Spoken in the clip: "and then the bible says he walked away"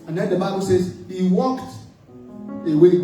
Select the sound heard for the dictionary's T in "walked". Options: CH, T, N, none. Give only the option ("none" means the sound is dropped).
T